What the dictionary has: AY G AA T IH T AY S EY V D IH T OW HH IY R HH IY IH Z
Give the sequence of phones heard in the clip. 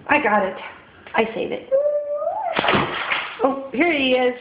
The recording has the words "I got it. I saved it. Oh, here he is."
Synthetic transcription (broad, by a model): AY G AA T IH T AY S EY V IH T OW HH IY R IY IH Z